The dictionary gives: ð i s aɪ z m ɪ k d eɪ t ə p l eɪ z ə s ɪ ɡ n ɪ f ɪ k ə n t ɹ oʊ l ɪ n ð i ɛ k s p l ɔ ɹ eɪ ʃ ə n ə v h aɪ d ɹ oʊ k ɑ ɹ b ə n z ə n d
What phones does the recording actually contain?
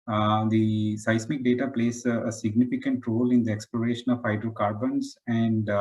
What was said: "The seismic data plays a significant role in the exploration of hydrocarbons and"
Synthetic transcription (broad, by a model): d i s aɪ s m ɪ k d eɪ t ə p l eɪ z ə s ɪ ɡ n ɪ f ɪ k ə n t ɹ oʊ l ɪ n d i ɛ k s p l ɔ ɹ eɪ ʃ ə n ə v h aɪ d ɹ oʊ k ɑ ɹ b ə n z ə n d